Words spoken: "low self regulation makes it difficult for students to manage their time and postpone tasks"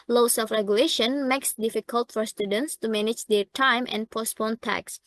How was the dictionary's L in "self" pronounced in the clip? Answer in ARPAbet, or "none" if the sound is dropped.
none